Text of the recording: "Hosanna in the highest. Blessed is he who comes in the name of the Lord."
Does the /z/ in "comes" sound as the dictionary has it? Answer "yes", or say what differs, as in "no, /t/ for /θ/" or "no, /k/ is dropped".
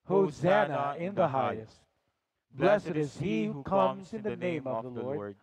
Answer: yes